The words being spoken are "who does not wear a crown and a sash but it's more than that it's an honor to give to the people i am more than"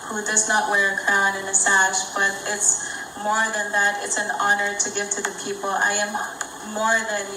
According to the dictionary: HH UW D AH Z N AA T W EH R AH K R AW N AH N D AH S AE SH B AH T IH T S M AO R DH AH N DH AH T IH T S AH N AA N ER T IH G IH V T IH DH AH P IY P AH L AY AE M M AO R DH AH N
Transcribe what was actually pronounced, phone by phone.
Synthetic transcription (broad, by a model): HH UW D AH Z N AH T W EH R AH K R AW N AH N AH S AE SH B AH T IH T S M AO R DH AH N DH AH T IH T S AH N AA N ER T IH G IH V T IH DH AH P IY P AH L AY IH M M AO R DH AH N